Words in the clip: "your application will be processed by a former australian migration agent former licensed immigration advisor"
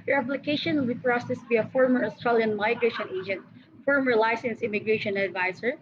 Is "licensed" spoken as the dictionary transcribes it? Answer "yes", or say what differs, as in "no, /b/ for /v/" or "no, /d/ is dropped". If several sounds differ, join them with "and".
no, /t/ is dropped